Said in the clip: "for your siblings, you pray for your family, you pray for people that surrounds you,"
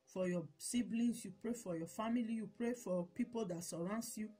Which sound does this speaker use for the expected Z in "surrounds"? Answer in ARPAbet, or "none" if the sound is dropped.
S